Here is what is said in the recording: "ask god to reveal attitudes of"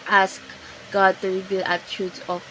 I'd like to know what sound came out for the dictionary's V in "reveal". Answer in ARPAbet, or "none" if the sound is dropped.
B